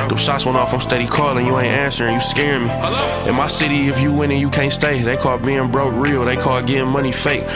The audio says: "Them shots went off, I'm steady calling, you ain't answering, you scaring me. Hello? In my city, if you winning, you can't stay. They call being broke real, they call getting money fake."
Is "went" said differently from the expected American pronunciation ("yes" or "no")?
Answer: yes